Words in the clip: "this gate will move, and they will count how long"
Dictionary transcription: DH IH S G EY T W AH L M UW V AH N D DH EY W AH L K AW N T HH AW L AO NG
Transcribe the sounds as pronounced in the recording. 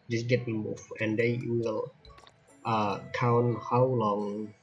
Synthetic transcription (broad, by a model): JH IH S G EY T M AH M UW F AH N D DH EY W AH L K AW N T HH AW L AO NG